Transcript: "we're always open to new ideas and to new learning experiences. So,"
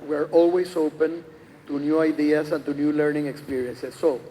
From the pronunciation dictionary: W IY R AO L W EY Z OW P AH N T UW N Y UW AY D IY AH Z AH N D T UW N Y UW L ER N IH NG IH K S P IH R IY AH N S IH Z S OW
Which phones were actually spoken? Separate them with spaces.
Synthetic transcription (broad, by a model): W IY R AO L W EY S OW P AH N T UW N Y UW AY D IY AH S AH N T UW N Y UW L ER N IH NG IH K S P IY R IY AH N S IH S OW